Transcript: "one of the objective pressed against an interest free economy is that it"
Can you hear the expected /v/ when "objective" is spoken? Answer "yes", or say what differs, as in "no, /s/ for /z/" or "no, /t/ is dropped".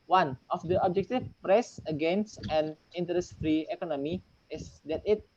no, /f/ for /v/